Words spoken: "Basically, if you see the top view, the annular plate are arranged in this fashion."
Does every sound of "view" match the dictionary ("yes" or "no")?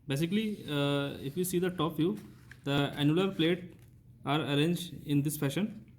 no